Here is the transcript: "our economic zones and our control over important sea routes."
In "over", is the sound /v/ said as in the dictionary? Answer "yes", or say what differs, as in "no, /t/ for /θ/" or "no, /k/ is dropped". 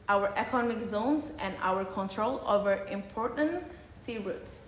yes